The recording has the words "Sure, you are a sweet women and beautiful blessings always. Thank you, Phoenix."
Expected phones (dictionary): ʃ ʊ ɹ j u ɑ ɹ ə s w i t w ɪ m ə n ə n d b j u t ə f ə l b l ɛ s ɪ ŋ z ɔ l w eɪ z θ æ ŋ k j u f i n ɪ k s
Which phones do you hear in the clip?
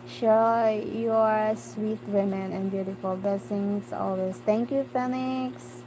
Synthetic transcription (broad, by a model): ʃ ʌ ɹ j u ɑ ɹ s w i t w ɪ m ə n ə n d b j u t ə f ə l b l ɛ s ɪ ŋ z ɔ l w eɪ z t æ ŋ k j u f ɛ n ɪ k s